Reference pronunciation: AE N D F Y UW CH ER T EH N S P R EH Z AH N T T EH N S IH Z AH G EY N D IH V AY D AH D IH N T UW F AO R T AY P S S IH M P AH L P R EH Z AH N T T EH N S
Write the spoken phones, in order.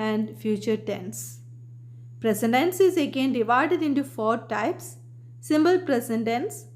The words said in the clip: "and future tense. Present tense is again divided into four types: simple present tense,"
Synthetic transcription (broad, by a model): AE N D F Y UW CH ER T EH N S P R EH S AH N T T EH N S IH Z AH G EY N D IH V AY D AH D IH N T UW F AO R T AY P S S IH M B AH L P R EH S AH N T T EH N S